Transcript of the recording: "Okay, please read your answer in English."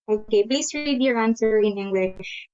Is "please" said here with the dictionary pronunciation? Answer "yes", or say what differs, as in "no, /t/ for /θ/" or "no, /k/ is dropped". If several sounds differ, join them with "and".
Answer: no, /s/ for /z/